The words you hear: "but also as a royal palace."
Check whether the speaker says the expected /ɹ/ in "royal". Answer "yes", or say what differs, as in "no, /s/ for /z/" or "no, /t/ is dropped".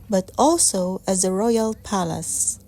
yes